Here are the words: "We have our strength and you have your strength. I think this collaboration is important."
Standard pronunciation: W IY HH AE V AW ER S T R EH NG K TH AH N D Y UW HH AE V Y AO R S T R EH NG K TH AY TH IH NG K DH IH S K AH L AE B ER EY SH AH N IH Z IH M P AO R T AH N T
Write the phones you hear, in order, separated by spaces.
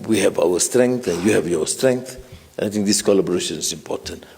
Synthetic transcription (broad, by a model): W IY HH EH V AW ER S T R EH NG K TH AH N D Y UW HH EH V Y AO S T R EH NG K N AY T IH NG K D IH S K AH L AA B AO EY SH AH N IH S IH M P AO T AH N T